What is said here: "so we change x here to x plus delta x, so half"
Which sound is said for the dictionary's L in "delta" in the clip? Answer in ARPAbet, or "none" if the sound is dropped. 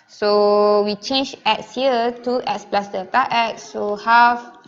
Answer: none